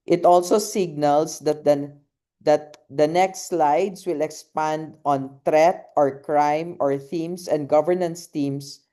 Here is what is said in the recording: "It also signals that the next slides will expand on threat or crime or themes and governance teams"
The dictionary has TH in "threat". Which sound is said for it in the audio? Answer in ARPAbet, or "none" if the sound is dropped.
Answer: T